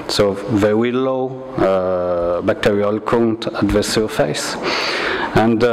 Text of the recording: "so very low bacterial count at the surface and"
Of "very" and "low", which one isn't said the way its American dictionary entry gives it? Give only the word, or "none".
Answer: very